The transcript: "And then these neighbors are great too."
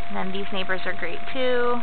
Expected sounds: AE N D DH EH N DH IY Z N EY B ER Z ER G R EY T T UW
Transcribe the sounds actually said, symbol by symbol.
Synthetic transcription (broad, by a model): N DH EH N DH IY Z N EY B ER Z ER G R EY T T UW